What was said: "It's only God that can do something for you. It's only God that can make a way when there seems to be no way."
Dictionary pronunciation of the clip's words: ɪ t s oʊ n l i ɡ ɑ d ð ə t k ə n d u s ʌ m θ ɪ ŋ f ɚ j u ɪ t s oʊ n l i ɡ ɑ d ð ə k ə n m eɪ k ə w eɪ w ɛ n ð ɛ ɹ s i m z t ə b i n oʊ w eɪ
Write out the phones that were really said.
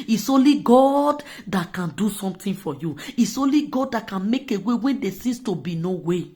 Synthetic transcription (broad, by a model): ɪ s oʊ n l i ɡ ɑ d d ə t k ə n d u s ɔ m t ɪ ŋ f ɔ j u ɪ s oʊ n l i ɡ ɑ d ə k ə n m eɪ k ə w eɪ w ɛ n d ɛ s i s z t ə b i n oʊ w eɪ